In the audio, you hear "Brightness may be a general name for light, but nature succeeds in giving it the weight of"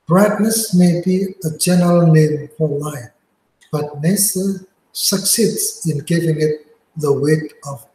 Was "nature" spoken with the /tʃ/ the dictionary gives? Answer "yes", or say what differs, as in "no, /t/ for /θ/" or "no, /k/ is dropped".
no, /s/ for /tʃ/